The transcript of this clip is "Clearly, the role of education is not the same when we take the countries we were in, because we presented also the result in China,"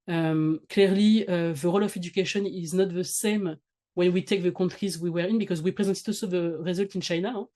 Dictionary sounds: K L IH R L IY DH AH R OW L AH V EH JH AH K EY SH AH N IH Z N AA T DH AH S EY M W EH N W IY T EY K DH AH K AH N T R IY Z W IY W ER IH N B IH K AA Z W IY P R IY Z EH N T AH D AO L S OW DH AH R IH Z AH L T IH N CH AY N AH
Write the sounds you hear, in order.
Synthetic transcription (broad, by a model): K L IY R L IY DH AH R OW L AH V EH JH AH K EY SH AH N IH Z N AA T DH AH S EY M W EH N W IY T EY K DH AH K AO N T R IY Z W IY W ER IH N B IH K AA Z W IY P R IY Z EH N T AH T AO S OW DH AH R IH Z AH L T IH N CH AY N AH